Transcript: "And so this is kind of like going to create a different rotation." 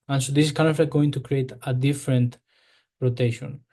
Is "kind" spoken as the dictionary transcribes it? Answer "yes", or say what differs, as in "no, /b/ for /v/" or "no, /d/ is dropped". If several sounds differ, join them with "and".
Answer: no, /d/ is dropped